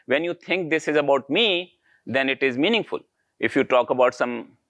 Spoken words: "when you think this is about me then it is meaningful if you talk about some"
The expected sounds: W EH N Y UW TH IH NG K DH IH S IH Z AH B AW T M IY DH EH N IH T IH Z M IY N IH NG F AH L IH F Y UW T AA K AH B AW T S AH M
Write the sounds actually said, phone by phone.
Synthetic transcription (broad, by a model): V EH N Y UW T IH NG K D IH S IH Z AH B AW T M IY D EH N IH T IH Z M IY N IH NG F AH L IH F Y UW T AA K AH B AW T S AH M